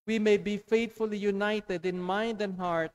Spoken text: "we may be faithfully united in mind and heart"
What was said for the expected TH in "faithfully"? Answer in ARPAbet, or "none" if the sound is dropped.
T